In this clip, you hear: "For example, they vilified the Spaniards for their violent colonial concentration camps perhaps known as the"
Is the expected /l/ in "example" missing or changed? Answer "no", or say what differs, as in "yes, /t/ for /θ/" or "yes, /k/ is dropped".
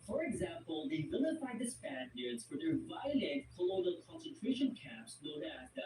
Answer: no